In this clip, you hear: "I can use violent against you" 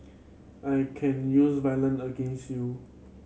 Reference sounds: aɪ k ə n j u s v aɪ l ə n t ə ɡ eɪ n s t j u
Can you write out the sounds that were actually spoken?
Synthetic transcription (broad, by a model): aɪ k ə n j u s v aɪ l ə n ə ɡ eɪ n s t j u